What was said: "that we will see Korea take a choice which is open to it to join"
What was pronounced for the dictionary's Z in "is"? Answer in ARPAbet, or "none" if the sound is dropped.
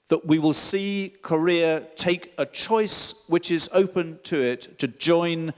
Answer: Z